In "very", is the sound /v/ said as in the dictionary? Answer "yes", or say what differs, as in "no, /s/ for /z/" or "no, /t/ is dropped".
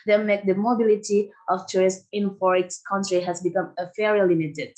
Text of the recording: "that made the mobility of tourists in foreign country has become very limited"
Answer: no, /f/ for /v/